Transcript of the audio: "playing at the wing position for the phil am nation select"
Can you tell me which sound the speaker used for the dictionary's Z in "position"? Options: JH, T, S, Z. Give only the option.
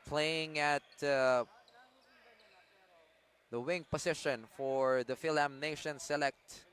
S